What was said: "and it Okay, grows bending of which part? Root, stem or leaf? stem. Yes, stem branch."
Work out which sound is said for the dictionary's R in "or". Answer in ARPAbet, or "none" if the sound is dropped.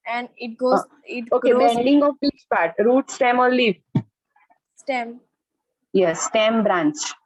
L